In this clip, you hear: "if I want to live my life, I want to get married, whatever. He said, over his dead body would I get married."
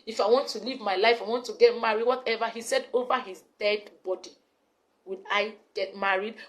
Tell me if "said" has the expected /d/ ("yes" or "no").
yes